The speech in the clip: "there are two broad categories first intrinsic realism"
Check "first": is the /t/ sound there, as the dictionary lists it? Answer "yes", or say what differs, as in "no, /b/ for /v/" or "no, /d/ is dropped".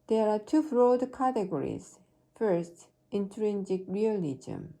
yes